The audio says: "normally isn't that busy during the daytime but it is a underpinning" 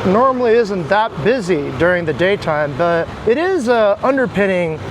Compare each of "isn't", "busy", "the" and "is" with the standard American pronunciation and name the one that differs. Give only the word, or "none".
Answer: none